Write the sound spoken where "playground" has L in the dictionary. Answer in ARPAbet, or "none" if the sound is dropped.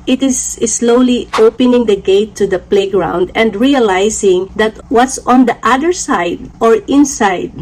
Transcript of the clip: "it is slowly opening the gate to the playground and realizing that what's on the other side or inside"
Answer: L